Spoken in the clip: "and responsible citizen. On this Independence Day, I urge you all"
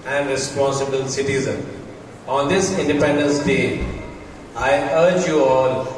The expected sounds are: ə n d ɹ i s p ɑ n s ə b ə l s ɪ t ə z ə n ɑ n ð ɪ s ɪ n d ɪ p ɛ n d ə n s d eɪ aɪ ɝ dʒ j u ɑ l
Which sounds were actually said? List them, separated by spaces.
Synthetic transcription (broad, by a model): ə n d ɹ i s p ɑ n s ə b ə l s ɪ t ə z ə n ɑ n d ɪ s ɪ n d ɪ p ɛ n d ə n s d eɪ aɪ ɝ dʒ j u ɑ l